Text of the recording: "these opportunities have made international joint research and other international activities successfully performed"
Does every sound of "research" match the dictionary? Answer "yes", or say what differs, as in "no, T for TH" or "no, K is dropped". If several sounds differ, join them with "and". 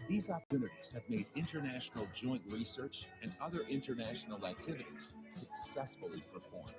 yes